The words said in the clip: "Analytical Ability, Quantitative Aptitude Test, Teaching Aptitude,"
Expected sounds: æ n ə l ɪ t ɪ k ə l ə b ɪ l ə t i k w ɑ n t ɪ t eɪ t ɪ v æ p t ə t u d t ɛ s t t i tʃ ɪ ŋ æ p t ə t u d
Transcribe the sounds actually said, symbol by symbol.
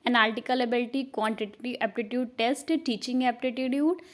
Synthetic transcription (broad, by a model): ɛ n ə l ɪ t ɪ k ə l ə b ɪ l t i k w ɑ n t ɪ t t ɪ ɛ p t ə t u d t ɛ s t t i tʃ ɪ ŋ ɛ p t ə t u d